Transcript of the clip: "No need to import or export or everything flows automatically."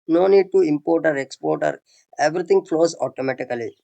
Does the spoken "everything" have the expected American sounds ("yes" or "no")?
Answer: no